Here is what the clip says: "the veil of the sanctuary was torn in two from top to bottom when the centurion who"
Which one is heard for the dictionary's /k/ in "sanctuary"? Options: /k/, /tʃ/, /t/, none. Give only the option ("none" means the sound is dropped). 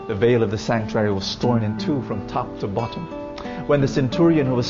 /k/